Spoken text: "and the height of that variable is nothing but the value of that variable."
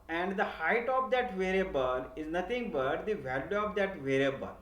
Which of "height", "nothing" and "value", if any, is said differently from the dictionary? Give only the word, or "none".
nothing